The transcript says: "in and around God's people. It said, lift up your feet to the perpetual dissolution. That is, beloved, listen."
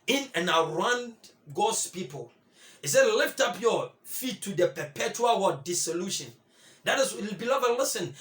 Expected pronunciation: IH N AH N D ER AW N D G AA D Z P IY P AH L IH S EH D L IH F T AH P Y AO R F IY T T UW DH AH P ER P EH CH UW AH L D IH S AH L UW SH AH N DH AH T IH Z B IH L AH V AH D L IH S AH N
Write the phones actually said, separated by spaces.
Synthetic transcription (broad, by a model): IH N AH N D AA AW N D G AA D S P IY P AH L IH S EH D L IH F T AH P Y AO F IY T T UW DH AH P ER P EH CH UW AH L D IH S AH L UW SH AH N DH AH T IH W B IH L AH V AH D L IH S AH N